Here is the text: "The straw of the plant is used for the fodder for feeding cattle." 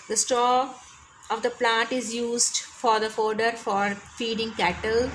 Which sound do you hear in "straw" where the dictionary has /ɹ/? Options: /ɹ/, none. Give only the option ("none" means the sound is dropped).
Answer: none